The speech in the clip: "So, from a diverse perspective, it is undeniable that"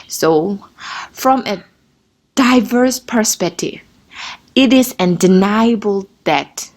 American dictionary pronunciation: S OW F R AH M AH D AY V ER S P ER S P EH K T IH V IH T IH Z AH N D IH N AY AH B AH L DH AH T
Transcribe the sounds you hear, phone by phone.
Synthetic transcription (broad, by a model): S OW F R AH M AH D AY V ER S P ER S P EH K T IH V IH T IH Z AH N D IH N AY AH B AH L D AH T